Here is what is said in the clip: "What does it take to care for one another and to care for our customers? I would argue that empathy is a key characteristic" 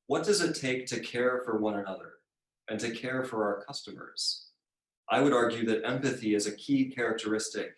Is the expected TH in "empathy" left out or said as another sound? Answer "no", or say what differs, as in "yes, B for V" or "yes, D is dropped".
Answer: no